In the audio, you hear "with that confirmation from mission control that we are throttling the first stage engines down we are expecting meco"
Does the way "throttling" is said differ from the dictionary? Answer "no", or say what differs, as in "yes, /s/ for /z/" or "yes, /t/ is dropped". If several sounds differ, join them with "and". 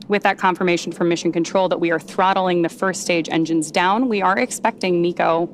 no